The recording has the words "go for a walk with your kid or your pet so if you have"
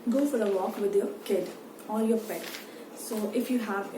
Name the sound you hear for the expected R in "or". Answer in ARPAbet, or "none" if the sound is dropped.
L